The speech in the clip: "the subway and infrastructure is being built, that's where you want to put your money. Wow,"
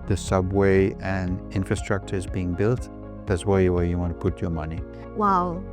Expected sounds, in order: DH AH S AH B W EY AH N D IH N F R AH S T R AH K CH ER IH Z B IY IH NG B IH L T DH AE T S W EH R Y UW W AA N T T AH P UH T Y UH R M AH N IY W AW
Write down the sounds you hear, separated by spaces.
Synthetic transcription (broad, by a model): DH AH S AH B W EY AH N IH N F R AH S T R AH K CH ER Z B IY IH NG B IH L T DH AE T S W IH W Y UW W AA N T T AH P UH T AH R M AH N IY W AW